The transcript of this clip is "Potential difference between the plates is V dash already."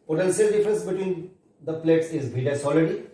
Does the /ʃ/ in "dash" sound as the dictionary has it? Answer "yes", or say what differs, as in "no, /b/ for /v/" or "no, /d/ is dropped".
no, /s/ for /ʃ/